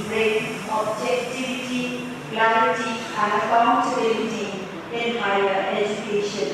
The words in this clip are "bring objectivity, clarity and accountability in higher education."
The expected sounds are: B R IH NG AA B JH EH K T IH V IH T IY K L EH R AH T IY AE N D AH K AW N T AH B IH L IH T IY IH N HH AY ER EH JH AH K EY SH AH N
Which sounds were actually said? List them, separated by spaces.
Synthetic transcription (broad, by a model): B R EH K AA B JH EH K T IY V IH T IY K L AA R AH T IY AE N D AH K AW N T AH IH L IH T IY IH N HH AY ER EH JH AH K EY SH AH N